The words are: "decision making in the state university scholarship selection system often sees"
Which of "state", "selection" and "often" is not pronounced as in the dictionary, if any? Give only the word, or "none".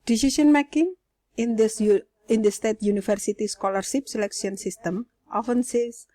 selection